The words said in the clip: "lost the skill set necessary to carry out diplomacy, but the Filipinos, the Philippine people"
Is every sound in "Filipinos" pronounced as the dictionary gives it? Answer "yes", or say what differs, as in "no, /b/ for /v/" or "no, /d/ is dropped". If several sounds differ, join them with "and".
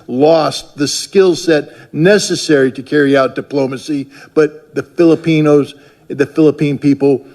yes